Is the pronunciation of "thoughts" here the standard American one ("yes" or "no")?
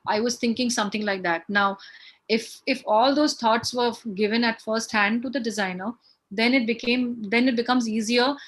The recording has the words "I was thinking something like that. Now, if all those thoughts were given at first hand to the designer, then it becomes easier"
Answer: no